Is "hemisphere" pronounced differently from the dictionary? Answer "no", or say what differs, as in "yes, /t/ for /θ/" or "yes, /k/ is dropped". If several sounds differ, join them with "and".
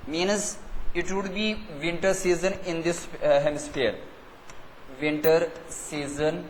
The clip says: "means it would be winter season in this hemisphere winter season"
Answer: yes, /p/ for /f/